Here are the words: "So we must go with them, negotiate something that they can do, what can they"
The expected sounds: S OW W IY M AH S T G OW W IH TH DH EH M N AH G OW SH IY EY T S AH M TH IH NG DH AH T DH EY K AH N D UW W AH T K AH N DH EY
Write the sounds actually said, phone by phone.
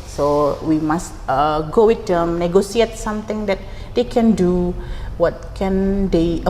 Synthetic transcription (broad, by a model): S OW W IY M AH S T G OW W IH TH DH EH M N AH G OW S IY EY T S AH M T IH NG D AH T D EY K AH N D UW W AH T K AH N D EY